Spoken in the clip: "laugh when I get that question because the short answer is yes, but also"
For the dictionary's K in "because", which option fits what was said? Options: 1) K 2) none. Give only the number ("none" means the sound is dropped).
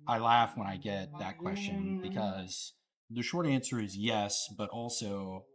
1